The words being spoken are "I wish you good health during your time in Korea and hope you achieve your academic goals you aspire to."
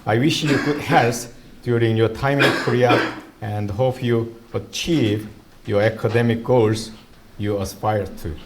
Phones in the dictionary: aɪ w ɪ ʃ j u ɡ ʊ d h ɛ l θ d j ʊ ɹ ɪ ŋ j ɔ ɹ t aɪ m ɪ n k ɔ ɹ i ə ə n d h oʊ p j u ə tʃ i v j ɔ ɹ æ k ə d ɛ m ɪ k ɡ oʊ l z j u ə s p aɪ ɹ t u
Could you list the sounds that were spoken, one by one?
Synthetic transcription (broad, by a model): aɪ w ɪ ʃ j u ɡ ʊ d h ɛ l s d j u ɹ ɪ ŋ j ɔ ɹ t aɪ m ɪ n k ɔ ɹ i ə ə n d h oʊ p j u ə tʃ i v j ɔ ɹ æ k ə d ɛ m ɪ k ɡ oʊ l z j u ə s p aɪ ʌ t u